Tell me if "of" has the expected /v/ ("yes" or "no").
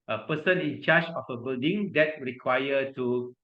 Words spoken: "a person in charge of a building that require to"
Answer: no